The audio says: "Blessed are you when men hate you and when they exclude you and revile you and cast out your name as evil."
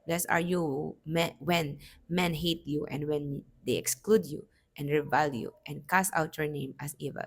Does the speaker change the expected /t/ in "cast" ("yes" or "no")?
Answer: yes